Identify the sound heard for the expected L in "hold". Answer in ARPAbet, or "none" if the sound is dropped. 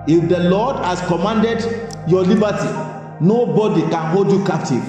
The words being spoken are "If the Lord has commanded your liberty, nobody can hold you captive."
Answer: L